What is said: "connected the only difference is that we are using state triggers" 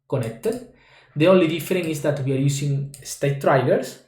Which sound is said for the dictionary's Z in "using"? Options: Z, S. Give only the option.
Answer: S